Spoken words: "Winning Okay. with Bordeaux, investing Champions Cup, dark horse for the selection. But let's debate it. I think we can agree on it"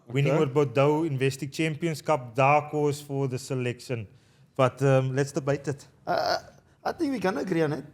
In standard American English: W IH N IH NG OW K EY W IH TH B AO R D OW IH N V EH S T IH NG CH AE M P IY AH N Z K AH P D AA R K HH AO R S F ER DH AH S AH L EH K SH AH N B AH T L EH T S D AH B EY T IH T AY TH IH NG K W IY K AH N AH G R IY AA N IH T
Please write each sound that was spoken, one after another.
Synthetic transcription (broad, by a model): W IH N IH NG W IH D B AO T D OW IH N V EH S T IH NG CH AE M P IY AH N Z K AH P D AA K AO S F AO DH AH S AH L EH K SH AH N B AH T L EH T S D AH B EY T IH T AY T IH NG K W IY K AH N AH G R IY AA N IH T